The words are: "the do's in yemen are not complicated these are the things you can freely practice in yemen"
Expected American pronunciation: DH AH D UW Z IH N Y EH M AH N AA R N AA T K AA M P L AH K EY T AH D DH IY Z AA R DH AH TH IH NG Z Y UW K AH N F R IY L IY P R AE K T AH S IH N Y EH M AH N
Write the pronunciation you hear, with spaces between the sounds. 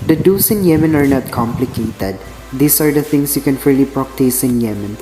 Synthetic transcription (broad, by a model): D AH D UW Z IH N Y EH M AH N AA R N AA T K AA M P L AH K EY T AH D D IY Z AA R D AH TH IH NG S Y UW K AH N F IY L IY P R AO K T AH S IH N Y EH M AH N